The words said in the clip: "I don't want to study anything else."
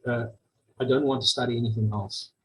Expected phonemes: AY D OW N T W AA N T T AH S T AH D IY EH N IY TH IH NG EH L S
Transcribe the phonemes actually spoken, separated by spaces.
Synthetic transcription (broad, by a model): AY D OW N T W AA N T T AH S T AH D IY EH N IY TH IH NG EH L S